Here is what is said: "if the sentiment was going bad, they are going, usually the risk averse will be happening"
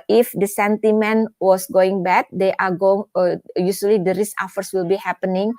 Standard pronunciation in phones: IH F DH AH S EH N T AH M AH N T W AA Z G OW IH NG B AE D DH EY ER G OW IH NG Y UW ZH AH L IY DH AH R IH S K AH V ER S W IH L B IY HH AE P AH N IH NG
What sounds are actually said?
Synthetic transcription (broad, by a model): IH F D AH S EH N T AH M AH N W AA S G OW IH NG B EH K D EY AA G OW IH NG Y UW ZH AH L IY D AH R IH S AH F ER S W IH L B IY HH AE P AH N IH NG